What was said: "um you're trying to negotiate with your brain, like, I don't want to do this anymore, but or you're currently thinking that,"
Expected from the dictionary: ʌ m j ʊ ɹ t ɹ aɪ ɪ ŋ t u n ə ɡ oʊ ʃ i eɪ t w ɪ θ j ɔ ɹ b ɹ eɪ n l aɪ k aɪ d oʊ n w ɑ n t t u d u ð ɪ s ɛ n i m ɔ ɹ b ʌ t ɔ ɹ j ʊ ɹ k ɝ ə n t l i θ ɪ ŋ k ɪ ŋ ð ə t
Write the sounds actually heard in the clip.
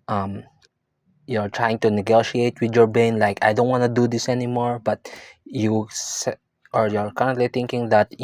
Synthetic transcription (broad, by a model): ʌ m j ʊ ɹ t ɹ aɪ ɪ ŋ t u n ə ɡ oʊ ʃ i eɪ t w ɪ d j ɔ ɹ b eɪ n l aɪ k aɪ d oʊ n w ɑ n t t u d u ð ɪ s ɛ n i m ɔ ɹ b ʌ t ɔ ɹ j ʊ ɹ k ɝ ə n t l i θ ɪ ŋ k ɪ ŋ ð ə t